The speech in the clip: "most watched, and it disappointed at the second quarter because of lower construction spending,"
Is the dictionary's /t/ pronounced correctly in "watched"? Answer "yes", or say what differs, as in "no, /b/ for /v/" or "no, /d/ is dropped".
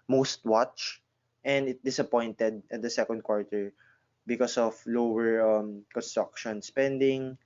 yes